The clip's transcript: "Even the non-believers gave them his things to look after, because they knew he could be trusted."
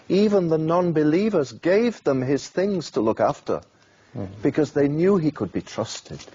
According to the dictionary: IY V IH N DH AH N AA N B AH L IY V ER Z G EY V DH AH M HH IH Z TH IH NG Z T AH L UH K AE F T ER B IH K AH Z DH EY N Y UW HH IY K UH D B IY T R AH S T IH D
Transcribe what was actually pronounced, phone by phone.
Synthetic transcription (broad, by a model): IY V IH N DH AH N AA N B AH L IY V ER Z G EY V DH AH M IH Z TH IH NG Z T AH L UH K AE F T ER B IH K AH Z DH EY N Y UW IY K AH D B IY T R AH S T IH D